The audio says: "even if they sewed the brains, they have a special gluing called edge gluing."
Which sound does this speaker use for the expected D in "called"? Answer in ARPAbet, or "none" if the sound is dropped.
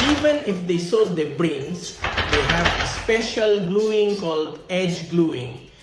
D